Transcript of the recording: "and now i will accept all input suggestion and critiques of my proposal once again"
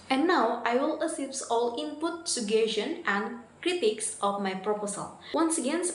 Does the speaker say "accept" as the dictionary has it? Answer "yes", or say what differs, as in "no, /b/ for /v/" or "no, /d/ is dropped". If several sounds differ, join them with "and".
no, /k/ is dropped